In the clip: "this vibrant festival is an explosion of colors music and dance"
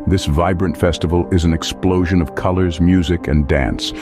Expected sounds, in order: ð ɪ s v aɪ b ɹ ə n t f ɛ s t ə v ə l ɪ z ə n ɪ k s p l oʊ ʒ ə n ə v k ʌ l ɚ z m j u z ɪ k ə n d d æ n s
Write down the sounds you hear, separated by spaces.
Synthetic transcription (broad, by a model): ð ɪ s v aɪ b ɹ ə n t f ɛ s t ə v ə l ɪ z n ɪ k s p l oʊ ʒ ə n ə v k ʌ l ɚ z m j u z ɪ k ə n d d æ n s